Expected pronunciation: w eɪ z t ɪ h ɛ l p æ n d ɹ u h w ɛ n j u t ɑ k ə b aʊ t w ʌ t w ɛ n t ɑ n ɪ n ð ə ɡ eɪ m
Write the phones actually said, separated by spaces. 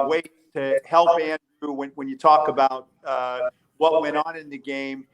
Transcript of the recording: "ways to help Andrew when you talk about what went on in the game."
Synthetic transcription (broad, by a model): w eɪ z t ɪ h ɛ l p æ n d w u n w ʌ n j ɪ t ɑ k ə b aʊ t w ʌ t w ɛ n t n ɪ n ð ə ɡ eɪ m